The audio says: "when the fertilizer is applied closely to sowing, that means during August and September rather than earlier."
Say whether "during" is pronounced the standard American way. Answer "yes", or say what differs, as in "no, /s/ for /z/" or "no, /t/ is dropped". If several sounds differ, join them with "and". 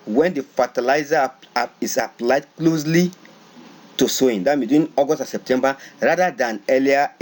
no, /ɹ/ is dropped